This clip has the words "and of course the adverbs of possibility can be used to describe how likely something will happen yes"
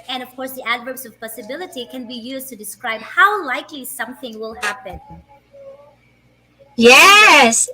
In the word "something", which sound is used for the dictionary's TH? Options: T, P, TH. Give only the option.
TH